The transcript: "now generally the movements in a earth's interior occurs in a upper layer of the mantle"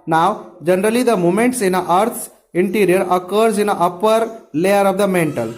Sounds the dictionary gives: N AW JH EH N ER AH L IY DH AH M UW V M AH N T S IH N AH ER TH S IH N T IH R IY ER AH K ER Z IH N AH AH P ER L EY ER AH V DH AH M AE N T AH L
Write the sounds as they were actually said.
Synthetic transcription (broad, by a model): N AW JH EH N ER AH L IY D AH M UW M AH N T S IH N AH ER T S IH N T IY R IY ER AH K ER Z IH N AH AH P ER L EY ER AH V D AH M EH N T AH L